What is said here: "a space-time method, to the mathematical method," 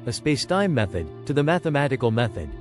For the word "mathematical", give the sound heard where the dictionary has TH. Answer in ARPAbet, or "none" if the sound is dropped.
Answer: TH